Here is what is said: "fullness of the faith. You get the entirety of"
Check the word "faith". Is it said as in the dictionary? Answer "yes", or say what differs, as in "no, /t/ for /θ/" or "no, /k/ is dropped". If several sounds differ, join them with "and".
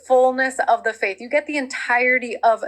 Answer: yes